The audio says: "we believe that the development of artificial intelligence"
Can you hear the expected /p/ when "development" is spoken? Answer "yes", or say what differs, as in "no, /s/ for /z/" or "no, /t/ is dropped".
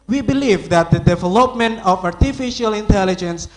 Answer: yes